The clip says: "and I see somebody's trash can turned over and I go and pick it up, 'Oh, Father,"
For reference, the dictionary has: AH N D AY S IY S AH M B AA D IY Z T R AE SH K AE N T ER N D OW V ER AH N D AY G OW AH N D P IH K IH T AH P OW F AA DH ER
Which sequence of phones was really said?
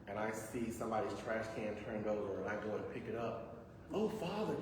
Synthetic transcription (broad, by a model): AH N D AY S IY S AH M B AA D IY Z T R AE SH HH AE N T ER N D OW V ER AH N AY G OW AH N P IH K IH T AH P OW F AA DH ER